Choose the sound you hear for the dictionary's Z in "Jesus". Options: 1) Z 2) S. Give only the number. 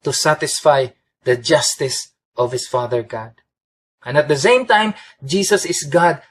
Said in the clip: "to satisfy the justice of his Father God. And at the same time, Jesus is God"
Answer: 2